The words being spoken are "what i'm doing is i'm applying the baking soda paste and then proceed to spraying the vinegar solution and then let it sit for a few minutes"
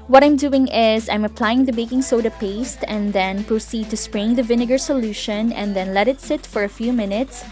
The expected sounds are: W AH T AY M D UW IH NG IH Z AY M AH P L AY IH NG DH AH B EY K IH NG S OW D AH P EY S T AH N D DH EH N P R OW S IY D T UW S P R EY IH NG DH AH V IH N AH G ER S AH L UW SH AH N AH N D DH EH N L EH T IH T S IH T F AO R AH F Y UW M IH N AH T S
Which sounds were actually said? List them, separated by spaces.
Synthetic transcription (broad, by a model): W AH T AY M D UW IH NG IH Z AY M AH P L AY IH NG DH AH B EY K IH NG S OW D AH P EY S T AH N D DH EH N P R OW S IY D T UW S P R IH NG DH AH V IH N AH G ER S AH L UW SH AH N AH N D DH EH N L EH T IH T S IH T F AO R AH F Y UW M IH N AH T S